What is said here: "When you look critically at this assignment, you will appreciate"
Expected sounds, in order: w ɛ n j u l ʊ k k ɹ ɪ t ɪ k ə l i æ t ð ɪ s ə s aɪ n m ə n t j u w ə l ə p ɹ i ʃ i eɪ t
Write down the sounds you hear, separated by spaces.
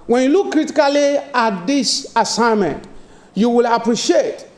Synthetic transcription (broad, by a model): w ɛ n j u l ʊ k k ɹ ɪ t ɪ k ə l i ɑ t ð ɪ s ə s aɪ n m ə n t j u w ə l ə p ɹ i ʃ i eɪ t